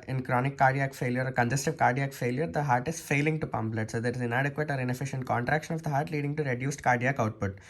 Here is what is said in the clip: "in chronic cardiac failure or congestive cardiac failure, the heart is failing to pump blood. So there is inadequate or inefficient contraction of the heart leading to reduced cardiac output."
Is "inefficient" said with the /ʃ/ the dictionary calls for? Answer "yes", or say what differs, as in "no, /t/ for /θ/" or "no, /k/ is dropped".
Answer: yes